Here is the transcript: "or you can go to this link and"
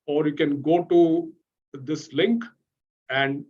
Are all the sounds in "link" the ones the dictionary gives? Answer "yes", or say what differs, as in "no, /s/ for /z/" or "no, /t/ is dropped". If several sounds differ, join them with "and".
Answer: yes